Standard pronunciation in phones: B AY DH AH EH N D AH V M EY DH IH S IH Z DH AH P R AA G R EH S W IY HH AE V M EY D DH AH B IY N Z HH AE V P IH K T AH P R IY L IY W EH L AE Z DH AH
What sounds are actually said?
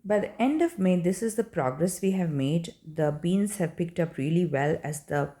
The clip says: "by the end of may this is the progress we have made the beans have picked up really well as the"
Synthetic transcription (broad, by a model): B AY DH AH EH N D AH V M EY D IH S IH Z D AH P R AA G R EH S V IY HH AE V M EY D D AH B IY N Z HH AE V P IH K T AH P R IY L IY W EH L AE Z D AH